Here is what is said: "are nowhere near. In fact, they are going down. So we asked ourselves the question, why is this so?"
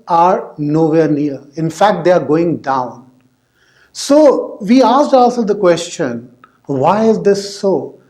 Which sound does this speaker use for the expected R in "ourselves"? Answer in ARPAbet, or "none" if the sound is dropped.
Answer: L